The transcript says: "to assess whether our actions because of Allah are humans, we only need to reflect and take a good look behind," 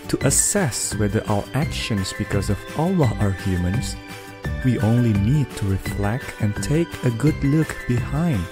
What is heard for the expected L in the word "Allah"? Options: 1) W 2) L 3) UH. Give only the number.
2